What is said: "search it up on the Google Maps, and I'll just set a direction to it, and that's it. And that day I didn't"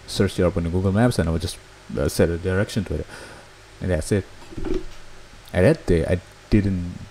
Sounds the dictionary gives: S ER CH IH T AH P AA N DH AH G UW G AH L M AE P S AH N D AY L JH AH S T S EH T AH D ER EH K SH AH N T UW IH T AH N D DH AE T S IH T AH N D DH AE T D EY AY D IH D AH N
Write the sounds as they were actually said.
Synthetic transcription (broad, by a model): S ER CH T AH P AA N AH G UW G AH L M AE P S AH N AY W JH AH S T S EH T AH D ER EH K SH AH N T UW IH T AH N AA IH S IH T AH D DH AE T D EY AY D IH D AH N